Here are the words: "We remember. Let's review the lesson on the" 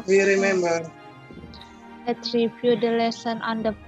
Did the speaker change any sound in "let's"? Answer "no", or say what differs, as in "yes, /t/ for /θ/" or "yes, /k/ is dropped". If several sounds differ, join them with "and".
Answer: yes, /s/ is dropped